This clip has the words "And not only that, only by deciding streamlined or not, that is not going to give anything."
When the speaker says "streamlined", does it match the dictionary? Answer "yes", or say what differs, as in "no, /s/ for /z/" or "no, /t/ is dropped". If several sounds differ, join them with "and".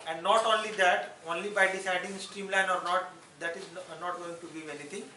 no, /d/ is dropped